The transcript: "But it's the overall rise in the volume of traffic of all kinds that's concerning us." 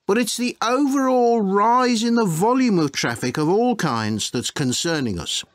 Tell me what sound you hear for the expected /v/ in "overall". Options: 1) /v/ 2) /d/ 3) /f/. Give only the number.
1